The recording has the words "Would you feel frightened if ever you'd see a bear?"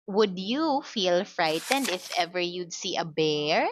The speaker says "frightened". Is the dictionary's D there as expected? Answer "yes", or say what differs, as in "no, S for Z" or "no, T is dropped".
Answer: yes